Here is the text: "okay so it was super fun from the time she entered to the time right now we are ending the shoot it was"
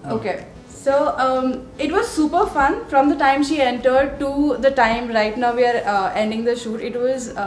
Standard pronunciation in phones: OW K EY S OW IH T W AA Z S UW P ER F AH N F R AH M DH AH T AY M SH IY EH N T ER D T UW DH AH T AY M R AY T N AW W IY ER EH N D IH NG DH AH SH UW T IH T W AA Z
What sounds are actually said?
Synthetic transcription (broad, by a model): OW K EY S OW IH T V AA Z S UW P ER F AH N F R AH M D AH T AY M SH IY EH N T ER D T UW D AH T AY M R AY T N AW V IY ER EH N D IH NG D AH SH UW T IH T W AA Z